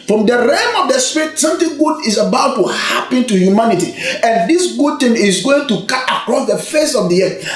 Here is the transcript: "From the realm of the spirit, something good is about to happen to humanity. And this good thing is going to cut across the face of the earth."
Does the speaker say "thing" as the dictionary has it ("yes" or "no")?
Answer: no